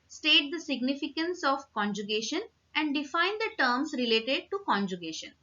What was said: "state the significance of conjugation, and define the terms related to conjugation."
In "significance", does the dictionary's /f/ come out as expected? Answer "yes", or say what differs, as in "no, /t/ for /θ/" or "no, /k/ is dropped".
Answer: yes